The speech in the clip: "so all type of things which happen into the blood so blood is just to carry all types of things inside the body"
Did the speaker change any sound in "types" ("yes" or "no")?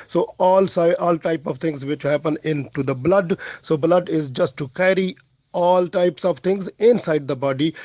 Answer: no